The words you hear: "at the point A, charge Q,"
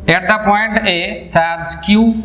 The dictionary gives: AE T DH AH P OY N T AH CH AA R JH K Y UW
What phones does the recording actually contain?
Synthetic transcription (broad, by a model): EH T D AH P OY N T AH S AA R Z K Y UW